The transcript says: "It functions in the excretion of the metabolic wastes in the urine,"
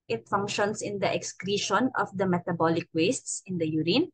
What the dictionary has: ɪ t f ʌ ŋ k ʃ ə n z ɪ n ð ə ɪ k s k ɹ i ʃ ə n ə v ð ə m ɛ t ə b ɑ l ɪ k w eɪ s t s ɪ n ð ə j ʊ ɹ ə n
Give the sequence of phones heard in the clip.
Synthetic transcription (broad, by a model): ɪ t f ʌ ŋ k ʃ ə n s ɪ n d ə ɪ k s k ɹ i ʃ ə n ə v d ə m ɛ t ə b ɑ l ɪ k w eɪ s t s ɪ n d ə j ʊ ɹ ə n